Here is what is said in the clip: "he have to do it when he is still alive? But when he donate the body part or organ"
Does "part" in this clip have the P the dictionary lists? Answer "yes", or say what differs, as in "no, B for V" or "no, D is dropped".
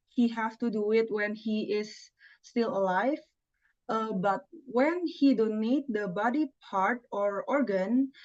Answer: yes